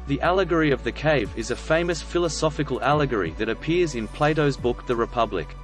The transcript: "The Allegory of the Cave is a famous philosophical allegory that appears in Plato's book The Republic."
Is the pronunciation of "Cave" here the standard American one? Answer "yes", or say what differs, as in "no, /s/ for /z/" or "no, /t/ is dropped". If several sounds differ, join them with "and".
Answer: yes